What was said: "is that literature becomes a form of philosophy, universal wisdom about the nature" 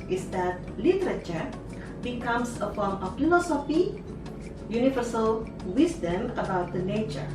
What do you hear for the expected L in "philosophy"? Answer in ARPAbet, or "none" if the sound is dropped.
N